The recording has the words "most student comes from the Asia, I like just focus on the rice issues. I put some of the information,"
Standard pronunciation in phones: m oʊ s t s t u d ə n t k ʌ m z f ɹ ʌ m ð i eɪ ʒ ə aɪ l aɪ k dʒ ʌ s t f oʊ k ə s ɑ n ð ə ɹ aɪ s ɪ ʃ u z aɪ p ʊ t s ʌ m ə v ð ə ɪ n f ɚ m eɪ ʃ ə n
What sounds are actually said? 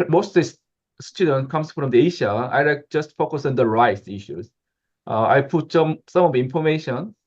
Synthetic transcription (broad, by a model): m oʊ s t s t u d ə n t k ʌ m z f ɹ ʌ m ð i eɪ ʃ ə aɪ l aɪ k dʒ ʌ s t f oʊ k ə s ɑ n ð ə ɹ aɪ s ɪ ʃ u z aɪ p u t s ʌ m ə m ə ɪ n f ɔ m eɪ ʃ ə n